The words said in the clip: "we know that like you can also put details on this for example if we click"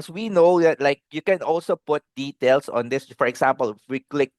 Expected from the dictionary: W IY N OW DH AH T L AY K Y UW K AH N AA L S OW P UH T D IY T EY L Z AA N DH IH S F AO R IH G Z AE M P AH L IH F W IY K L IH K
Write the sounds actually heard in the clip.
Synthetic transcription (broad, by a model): W IY N OW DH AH T L AY K Y UW K AH N AA L S OW P UH T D IY T EY L S AA N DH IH S F AO R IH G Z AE M P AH L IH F W IY K L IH K